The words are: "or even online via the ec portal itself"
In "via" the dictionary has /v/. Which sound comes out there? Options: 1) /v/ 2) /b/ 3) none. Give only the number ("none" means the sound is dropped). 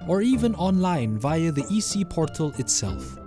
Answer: 1